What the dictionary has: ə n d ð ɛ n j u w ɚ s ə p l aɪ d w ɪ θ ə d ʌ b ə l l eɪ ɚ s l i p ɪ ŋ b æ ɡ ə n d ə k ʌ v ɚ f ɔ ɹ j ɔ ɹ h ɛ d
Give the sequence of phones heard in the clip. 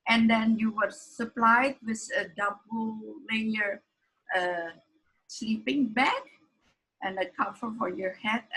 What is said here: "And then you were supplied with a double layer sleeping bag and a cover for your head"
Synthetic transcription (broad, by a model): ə n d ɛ n j u w ɚ s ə p l aɪ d w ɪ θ ə d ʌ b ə l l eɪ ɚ s l i p ɪ ŋ b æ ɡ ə n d ə k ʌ f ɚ f ɔ ɹ j ɔ ɹ h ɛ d